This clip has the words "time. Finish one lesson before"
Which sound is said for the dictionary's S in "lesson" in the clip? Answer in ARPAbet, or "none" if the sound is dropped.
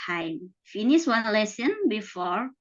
S